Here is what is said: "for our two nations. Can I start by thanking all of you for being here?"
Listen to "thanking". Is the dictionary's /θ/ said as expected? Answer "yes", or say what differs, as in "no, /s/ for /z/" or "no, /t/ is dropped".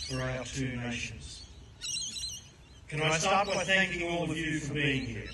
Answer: yes